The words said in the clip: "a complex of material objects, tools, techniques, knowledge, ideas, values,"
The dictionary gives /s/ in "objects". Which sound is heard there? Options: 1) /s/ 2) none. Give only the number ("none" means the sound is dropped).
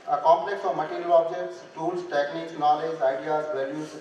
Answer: 1